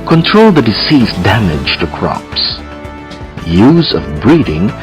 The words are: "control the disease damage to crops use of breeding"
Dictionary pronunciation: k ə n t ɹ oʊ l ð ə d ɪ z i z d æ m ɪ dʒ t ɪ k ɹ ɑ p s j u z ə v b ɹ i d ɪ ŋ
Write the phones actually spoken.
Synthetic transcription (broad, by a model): k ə n t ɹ oʊ l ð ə d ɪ s i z d æ m ɪ dʒ t ɪ k ɹ ɑ p s j u z ə v b ɹ i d ɪ ŋ